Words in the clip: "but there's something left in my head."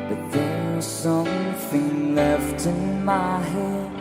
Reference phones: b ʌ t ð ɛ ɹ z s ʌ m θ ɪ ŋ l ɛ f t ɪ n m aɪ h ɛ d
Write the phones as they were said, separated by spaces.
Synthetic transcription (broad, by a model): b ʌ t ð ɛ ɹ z s ʌ m θ ɪ ŋ l ɛ f t ɪ n m aɪ h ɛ